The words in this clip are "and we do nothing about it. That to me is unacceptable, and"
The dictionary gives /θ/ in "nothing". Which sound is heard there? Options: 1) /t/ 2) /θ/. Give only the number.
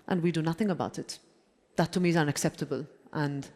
2